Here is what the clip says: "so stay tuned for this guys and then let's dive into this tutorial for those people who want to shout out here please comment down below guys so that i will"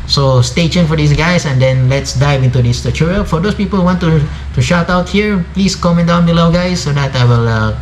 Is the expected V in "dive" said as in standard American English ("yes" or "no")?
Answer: yes